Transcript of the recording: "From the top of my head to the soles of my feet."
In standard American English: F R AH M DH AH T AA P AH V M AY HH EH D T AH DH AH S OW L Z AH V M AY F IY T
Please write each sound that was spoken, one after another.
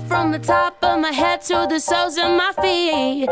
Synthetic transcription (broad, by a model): F R AH M DH AH T AA P AH V M AY HH EH D T AH DH AH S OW Z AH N M AY F IY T